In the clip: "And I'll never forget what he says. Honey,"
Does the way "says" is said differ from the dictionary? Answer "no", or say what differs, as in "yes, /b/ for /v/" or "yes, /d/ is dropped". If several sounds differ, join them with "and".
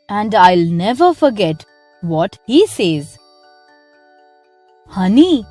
no